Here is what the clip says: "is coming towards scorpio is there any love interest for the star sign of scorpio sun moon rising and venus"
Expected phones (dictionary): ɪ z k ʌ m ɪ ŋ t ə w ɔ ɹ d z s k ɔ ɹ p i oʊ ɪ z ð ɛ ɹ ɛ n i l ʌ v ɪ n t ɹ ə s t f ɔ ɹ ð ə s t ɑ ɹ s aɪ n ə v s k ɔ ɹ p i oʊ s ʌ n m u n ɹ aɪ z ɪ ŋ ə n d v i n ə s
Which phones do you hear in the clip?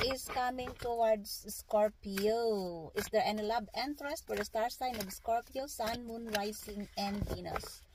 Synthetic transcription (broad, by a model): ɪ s k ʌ m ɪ ŋ t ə w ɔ ɹ d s s k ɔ ɹ p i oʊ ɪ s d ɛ ɹ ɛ n l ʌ b ɪ n t ɹ ə s t f ɔ ɹ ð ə s t ɑ ɹ s aɪ n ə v s k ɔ ɹ p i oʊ s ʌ n m u n ɹ aɪ s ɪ ŋ ə n d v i n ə s